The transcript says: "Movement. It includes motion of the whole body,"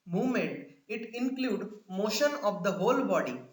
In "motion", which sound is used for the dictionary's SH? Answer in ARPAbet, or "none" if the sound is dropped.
SH